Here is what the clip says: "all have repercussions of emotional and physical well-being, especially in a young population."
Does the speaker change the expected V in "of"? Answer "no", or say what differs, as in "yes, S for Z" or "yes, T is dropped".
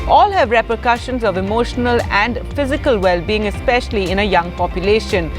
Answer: no